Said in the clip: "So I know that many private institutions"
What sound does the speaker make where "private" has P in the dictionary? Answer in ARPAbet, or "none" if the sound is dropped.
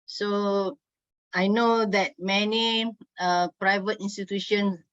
P